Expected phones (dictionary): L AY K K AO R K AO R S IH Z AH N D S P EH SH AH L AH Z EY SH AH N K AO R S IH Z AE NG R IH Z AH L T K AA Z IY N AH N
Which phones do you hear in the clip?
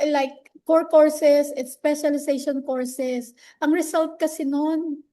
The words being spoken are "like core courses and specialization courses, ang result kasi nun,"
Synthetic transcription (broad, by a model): L AY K K AO R K AO R S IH S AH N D S P EH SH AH L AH S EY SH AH N K AO R S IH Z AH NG R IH S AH L T K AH S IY N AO N